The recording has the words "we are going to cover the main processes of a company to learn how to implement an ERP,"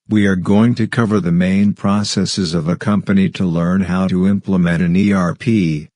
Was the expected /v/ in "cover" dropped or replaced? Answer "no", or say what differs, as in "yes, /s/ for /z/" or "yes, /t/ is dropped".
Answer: no